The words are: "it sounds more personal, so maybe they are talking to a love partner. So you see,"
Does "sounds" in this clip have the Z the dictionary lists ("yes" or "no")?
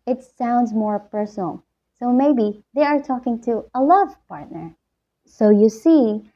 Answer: yes